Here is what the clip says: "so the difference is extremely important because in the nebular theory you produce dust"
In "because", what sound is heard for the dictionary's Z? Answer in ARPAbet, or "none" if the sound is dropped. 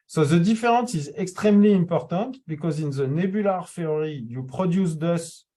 Z